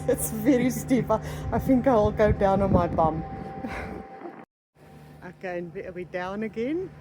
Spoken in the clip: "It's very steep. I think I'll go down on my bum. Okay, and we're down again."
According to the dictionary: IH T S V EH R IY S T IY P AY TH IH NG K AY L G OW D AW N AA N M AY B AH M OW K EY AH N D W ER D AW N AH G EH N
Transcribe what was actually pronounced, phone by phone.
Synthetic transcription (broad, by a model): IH T S V EH R IY S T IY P AY TH IH NG K AY L G OW D AW N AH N M AY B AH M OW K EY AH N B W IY D AW N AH G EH N